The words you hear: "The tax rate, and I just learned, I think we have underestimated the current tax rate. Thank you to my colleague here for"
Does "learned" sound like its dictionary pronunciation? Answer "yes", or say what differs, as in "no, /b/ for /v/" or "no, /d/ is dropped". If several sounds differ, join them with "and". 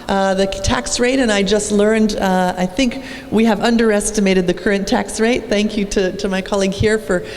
yes